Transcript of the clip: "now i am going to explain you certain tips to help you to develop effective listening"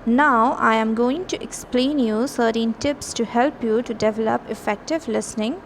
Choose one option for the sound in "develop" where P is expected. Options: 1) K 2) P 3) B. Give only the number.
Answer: 2